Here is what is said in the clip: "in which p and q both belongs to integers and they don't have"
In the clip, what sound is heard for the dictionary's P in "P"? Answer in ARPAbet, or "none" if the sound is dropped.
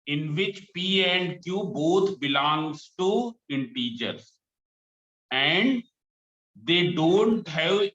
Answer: P